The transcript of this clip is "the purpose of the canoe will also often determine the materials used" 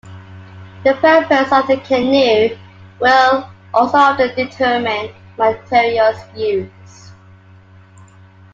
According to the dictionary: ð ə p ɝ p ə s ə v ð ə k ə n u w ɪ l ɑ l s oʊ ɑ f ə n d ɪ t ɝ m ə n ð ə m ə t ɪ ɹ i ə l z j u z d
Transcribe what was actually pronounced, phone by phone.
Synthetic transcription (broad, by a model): ð ə p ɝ p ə s ə v ð ə k ə n u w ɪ l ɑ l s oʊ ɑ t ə d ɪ t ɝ m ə n m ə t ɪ ɹ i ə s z j u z